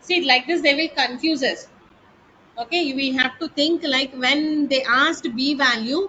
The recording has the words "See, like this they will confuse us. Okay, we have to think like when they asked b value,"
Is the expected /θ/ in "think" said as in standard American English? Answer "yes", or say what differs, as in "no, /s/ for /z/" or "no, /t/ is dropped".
no, /t/ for /θ/